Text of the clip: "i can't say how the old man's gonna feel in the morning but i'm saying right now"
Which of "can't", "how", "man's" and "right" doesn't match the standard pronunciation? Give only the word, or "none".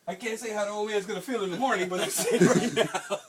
man's